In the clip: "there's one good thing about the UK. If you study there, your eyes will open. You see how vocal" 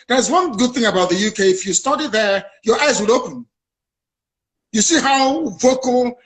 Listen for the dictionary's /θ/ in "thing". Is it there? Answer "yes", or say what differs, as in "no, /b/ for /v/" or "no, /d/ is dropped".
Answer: yes